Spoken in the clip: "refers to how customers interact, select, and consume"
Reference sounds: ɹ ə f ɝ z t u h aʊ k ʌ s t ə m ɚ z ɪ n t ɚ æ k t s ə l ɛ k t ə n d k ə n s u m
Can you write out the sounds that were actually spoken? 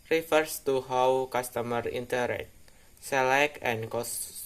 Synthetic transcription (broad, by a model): ɹ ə f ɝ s t u h aʊ k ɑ s t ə m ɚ i n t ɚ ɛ t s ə l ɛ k ə n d k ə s